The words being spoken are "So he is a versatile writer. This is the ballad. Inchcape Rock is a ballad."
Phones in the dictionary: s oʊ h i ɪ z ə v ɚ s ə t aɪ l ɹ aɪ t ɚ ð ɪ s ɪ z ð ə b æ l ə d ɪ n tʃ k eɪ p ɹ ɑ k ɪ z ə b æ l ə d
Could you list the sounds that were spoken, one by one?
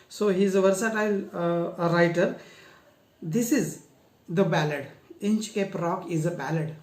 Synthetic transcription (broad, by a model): s oʊ h i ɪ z ə v ɚ s ə t aɪ l ɹ aɪ t ɚ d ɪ s ɪ z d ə b æ l ə d ɪ n tʃ k eɪ p ɹ ɑ k ɪ z ə b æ l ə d